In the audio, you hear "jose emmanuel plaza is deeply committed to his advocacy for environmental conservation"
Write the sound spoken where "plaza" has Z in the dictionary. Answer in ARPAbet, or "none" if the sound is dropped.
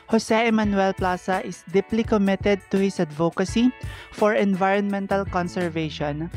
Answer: S